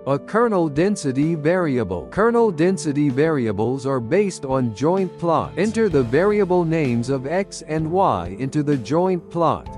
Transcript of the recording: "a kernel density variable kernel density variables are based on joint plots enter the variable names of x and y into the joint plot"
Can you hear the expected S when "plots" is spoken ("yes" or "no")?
no